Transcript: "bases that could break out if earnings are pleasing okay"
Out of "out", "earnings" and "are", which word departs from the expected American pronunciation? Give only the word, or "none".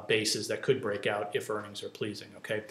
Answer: none